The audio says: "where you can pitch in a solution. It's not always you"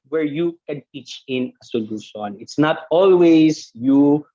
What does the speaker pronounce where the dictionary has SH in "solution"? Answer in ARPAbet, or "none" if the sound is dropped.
S